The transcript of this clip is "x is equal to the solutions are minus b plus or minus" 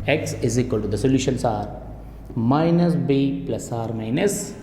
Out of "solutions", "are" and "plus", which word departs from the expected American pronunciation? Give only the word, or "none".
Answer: solutions